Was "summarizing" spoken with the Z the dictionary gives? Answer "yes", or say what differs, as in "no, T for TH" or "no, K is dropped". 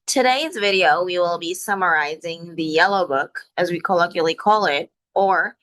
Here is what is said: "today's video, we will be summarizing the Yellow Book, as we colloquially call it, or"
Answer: yes